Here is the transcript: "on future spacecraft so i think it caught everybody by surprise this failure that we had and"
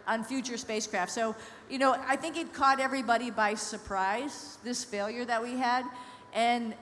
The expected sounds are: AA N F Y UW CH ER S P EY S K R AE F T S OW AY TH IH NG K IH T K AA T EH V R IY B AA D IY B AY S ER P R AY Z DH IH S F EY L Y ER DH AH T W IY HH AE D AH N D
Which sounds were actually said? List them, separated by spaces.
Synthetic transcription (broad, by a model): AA N F Y UW CH ER S P EY S K R AE F T S OW AY TH IH NG K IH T K AA T EH V R IY B AA D IY B AY S ER P R AY Z DH IH S F EY L Y ER DH AH T W IY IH D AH N